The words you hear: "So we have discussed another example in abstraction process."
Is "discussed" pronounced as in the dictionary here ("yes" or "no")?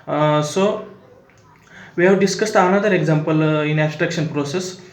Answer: yes